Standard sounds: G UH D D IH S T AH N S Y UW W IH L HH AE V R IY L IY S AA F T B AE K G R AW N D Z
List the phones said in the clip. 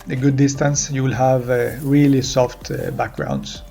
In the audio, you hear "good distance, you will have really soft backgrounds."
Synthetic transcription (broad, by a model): G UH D D IH S T AH N S Y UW W IH L HH AE V R IY L IY S AA F T B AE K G R AW N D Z